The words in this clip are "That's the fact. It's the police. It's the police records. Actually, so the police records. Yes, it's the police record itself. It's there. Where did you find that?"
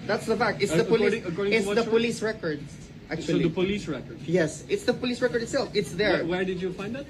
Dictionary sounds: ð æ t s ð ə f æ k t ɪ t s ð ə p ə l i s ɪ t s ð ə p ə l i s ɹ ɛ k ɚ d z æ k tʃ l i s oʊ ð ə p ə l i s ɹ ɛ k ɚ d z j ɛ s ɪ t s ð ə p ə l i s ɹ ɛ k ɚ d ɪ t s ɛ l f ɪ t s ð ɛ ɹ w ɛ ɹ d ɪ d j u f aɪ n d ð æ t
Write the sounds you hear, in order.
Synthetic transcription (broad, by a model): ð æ t s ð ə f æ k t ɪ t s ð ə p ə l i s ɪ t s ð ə p ə l i s ɹ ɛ k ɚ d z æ k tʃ i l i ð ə p ə l i s ɹ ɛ k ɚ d j ɛ s ɪ t s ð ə p ə l i s ɹ ɛ k ɚ d ɪ t s ɛ l f ɪ t s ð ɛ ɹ w ɛ ɹ d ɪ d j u f aɪ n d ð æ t